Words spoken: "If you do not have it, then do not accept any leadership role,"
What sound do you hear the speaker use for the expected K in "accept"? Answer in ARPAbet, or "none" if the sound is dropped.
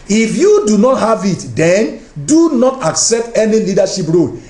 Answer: K